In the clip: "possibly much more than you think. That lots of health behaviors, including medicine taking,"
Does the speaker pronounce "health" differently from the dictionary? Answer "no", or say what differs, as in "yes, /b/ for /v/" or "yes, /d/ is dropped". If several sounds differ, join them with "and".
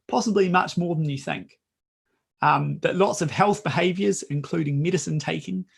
no